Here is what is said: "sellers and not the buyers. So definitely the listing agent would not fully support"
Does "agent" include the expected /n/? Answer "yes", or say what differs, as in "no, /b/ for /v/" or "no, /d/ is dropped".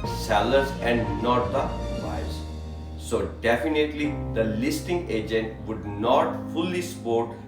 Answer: yes